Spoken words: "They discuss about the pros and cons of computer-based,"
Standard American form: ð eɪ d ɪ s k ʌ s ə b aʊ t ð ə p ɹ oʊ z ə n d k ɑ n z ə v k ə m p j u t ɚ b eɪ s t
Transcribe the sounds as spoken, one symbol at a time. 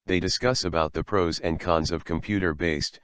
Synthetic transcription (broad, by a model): ð eɪ d ɪ s k ʌ s ə b aʊ t ð ə p ɹ oʊ z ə n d k ɑ n z ə v k ə m p j u t ɚ b eɪ s t